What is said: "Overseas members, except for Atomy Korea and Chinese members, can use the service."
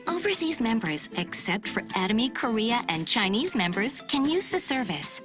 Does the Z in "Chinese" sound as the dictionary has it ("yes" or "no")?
yes